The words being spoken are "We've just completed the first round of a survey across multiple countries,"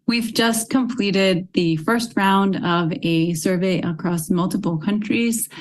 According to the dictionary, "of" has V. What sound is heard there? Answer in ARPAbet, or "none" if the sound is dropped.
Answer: V